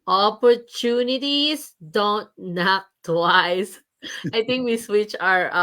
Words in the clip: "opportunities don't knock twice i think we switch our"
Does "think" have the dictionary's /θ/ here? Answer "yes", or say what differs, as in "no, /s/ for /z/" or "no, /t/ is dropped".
no, /t/ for /θ/